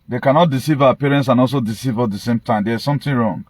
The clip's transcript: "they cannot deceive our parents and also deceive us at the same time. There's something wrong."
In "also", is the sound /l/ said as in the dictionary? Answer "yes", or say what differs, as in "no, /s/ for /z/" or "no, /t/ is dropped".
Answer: yes